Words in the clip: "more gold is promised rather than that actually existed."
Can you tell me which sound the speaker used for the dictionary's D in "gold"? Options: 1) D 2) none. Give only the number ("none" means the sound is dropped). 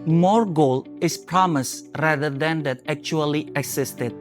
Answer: 2